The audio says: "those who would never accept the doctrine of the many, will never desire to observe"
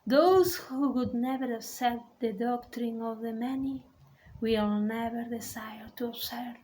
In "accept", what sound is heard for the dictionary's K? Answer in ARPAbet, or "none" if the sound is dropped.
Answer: none